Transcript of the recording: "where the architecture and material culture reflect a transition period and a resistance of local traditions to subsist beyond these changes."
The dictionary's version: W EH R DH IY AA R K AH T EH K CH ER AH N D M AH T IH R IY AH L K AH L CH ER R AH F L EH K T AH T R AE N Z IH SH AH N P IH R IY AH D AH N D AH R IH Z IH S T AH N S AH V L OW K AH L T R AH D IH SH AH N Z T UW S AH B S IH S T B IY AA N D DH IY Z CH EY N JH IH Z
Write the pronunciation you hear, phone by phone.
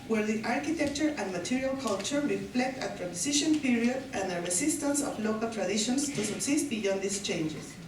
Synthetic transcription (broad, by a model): W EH R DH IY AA R K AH T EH K CH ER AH N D M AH T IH R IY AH L K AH L CH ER R AH F L EH K T AH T R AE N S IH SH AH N P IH R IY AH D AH N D AH R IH S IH S T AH N S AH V L OW K AH L T R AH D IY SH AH N S T UW S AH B S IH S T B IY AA N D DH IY S CH EY N JH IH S